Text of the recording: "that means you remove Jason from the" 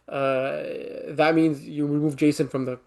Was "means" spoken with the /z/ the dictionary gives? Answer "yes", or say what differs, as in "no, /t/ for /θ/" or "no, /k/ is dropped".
yes